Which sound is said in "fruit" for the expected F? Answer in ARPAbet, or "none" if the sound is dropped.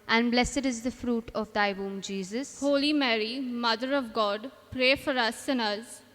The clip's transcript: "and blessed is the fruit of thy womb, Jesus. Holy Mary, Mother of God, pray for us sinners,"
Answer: F